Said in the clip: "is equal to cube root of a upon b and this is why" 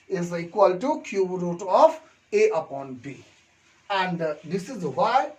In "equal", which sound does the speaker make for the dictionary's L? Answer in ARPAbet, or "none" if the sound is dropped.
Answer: L